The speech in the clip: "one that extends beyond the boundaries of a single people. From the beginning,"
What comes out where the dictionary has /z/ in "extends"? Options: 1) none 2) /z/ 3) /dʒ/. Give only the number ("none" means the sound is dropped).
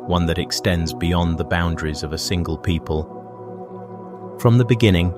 2